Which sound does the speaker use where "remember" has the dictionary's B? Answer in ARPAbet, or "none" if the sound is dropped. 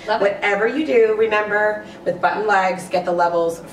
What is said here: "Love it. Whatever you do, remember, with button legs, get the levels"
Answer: B